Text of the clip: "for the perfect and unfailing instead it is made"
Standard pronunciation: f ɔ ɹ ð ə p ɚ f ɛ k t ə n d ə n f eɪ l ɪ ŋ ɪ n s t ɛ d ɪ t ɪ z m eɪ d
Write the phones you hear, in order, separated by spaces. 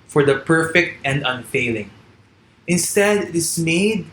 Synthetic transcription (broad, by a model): f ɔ ɹ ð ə p ɚ f ɛ k t ə n d ə n f eɪ l ɪ ŋ ɪ n s t ɛ d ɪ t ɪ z m eɪ d